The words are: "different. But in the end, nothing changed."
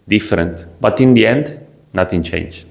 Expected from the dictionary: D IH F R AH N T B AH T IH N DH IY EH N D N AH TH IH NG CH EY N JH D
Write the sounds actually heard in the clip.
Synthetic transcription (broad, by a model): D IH F R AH N T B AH T IH N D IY EH N D N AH T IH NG CH EY N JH